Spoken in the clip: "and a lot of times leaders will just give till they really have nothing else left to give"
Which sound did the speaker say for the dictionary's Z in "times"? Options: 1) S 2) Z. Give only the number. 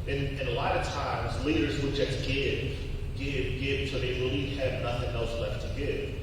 2